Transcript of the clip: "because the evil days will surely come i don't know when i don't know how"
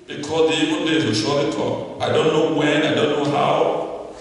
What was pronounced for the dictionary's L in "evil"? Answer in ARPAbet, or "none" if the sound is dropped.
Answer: N